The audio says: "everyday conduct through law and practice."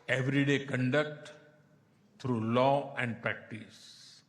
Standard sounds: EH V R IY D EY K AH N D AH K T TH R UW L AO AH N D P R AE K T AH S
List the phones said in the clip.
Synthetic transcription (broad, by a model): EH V R IY D EY K AH N D AH K T T R UW L AO AH N D P R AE K T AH S